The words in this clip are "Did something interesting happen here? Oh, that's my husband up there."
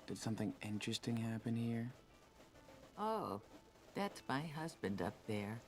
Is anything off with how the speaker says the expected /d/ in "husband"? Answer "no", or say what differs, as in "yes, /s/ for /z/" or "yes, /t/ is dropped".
no